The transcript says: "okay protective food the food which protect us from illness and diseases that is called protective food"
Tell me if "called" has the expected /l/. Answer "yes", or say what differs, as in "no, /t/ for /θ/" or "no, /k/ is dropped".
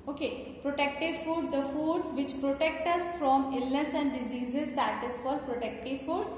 no, /l/ is dropped